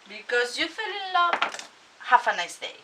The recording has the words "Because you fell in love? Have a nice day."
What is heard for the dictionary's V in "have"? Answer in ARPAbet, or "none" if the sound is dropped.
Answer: F